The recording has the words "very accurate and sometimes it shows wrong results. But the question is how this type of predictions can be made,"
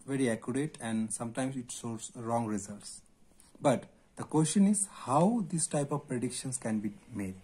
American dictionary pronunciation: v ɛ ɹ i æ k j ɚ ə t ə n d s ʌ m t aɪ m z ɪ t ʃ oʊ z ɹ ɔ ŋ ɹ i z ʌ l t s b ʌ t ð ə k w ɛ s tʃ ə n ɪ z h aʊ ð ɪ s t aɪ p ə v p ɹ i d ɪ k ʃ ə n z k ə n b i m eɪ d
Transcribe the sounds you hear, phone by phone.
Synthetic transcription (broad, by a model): v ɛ ɹ i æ k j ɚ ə t ə n d s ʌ m t aɪ m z ɪ t s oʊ s ɹ ɔ ŋ ɹ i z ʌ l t s b ʌ t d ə k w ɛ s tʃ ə n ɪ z h aʊ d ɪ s t aɪ p ə v p ɹ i d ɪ k ʃ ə n s k ə n b i m eɪ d